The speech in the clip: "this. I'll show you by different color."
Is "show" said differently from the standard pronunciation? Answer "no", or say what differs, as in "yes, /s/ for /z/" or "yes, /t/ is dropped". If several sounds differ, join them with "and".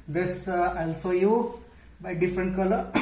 yes, /s/ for /ʃ/